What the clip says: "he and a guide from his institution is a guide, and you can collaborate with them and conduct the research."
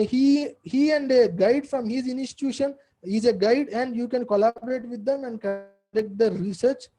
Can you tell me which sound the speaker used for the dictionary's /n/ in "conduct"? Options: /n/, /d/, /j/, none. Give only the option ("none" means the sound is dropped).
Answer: none